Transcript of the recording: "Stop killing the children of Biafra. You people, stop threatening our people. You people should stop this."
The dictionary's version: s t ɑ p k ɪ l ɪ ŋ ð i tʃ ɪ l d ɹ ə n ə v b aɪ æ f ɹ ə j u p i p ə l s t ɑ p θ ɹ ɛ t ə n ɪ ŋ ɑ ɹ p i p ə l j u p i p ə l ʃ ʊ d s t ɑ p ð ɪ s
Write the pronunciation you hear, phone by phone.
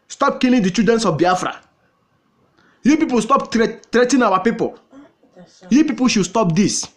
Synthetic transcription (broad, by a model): s t ɑ p k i l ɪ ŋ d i tʃ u d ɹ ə n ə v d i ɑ f ɹ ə j u p i p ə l s t ɑ p t ɹ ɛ t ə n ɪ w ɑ p i p ə l j u p i p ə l ʃ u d s t ɑ p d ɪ s